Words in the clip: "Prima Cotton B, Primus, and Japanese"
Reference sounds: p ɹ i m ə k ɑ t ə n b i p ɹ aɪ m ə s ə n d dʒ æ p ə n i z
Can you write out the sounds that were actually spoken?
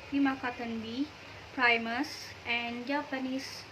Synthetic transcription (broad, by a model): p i m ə k ɑ t ə n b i p ɹ aɪ m ə s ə n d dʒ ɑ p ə n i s